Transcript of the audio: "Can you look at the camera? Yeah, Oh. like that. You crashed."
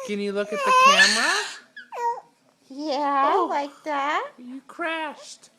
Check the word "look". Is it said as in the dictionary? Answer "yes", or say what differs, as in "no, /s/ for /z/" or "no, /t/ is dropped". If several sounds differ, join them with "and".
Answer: yes